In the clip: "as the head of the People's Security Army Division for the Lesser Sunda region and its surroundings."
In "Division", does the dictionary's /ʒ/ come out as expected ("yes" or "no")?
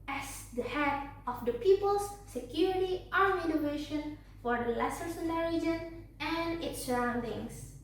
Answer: no